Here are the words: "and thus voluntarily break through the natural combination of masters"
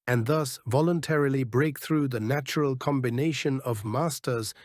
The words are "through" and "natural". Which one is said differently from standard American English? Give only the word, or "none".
none